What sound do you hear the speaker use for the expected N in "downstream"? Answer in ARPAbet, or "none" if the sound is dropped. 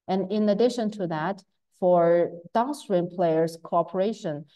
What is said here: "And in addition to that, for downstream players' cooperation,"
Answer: none